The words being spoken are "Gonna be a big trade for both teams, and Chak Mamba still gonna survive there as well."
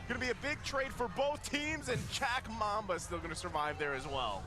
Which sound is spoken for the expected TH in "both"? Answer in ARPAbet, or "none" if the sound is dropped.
TH